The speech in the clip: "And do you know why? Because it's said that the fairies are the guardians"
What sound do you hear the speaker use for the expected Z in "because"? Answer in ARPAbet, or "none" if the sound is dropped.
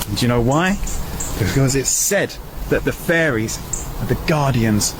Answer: Z